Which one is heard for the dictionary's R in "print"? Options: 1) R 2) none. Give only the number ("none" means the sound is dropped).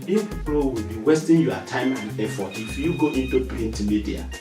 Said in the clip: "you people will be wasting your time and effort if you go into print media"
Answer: 2